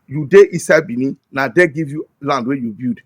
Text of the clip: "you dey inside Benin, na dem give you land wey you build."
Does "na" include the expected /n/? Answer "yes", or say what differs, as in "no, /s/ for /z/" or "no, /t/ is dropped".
yes